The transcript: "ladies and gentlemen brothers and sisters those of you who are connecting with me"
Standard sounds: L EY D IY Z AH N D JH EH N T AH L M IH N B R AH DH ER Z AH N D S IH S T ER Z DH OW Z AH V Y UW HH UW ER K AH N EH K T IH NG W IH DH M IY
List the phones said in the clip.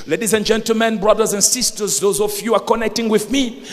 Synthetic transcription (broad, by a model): L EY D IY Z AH N JH EH N T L M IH N B R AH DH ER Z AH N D S IH S T ER Z DH OW Z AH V Y UW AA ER K AH N EH K T IH NG W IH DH M IY